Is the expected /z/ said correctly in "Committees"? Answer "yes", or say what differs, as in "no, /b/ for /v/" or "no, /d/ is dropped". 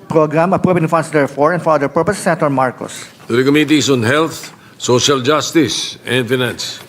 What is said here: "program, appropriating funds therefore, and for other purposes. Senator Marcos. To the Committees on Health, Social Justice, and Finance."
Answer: no, /s/ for /z/